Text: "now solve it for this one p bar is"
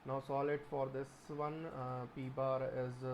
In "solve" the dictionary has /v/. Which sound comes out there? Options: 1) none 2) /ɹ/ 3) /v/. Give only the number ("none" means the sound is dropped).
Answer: 1